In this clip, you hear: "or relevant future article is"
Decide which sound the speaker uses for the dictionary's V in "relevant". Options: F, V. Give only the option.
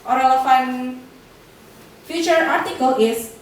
F